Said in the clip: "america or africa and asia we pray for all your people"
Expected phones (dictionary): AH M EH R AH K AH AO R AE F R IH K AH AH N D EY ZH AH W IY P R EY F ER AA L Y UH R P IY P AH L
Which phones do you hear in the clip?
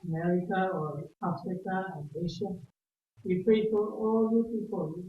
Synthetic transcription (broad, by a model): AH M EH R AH K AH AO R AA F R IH K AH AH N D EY SH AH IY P EY P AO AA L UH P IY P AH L